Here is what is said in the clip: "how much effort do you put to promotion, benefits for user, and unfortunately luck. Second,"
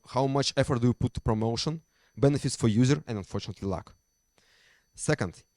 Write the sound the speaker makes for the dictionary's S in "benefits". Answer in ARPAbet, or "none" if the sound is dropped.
S